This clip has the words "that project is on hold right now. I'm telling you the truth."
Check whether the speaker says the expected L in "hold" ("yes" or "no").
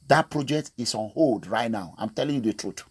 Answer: yes